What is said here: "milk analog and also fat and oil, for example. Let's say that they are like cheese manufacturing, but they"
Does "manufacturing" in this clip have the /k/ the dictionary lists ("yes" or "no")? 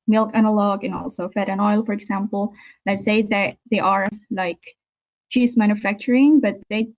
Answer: yes